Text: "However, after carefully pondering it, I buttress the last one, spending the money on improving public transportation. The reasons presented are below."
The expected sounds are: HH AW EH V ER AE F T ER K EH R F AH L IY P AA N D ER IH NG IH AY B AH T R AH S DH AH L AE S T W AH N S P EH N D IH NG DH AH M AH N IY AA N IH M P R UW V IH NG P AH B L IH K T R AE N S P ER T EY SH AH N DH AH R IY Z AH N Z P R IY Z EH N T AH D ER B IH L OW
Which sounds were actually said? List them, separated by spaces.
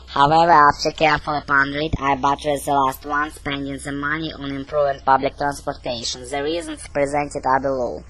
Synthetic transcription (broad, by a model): HH AW EH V ER AE F T ER K EH R F AH L IY P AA N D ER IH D IH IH B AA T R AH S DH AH L AE S T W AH N S P EH N D IH NG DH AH M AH N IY AA N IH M P R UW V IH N P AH B L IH K T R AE N S P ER T EY SH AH N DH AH R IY Z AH N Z P R IY Z EH N T AH D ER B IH L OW